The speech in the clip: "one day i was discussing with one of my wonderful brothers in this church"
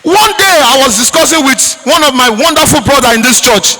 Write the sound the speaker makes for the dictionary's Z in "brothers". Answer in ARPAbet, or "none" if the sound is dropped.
none